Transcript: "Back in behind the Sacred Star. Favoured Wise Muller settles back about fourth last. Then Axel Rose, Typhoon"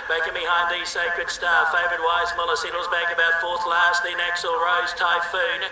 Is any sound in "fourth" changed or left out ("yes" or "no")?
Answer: no